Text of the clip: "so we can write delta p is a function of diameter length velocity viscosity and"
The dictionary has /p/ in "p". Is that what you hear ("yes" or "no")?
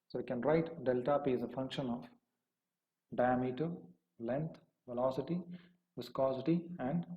yes